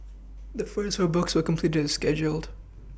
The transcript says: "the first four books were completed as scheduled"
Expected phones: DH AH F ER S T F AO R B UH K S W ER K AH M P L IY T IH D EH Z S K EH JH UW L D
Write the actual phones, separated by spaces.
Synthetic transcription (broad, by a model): DH AH F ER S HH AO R B UH K S W ER K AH M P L IY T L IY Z S K EH JH UW L D